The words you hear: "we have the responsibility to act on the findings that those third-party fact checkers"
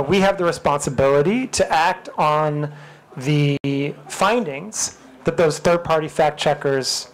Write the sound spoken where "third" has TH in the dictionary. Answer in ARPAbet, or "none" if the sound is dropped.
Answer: TH